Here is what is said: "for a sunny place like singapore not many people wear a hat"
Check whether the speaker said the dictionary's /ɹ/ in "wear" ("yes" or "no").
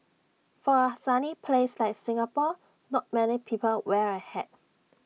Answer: yes